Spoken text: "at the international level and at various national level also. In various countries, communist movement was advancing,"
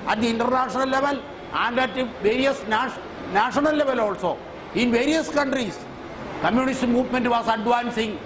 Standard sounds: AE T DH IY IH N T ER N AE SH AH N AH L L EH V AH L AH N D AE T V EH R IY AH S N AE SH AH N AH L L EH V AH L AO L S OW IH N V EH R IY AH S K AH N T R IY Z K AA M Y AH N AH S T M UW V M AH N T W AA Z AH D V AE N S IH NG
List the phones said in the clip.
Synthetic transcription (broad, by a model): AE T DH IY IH N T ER N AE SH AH N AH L L EH V AH L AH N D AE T V EH R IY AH S N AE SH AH N AH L L EH V AH L AO L S OW IH N V EH R IY AH S K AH N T R IY S K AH M Y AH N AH S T M UW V M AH N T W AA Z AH D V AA N S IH NG